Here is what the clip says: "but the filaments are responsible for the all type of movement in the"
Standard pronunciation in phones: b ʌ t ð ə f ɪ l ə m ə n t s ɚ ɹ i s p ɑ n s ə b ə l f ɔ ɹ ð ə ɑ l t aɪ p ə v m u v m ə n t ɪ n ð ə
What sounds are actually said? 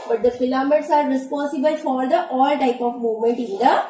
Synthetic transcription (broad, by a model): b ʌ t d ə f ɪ l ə m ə t s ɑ ɹ i s p ɑ n s ə b ə l f ɔ ɹ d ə ɑ l t aɪ p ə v m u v m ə n t ɪ n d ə